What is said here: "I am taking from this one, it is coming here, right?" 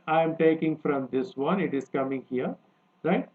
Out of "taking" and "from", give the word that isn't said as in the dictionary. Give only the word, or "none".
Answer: none